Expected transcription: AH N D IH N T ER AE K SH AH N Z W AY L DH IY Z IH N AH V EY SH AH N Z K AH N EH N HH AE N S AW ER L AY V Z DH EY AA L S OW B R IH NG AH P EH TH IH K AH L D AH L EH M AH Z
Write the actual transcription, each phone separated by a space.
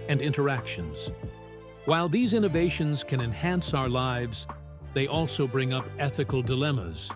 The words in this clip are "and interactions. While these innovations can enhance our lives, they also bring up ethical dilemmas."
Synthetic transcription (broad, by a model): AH N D IH N T ER AE K SH AH N Z W AY L DH IY Z IH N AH V EY SH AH N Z K AH N EH N HH AE N S AW ER L AY V Z DH EY AA L S OW B R IH NG AH P EH TH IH K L D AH L EH M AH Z